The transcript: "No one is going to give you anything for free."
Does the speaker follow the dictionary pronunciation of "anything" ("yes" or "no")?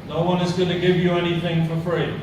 yes